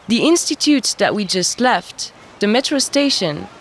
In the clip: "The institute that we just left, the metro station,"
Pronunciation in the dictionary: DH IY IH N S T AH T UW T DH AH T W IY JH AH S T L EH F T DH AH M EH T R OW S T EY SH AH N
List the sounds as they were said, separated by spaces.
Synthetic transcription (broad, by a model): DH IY IH N S T AH T UW T DH AH T W IY JH AH S T L EH F T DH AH M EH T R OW S T EY SH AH N